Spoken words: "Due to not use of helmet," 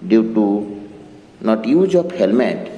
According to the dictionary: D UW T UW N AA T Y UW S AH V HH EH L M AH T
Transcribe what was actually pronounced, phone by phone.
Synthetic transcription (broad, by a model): D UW T UW N AA T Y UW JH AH P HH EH L M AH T